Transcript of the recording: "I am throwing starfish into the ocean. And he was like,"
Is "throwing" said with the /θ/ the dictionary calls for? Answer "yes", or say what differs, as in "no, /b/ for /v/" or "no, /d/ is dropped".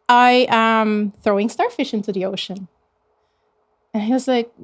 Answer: yes